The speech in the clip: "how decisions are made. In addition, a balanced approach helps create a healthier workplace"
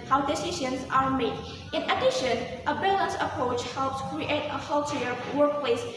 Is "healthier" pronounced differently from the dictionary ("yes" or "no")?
yes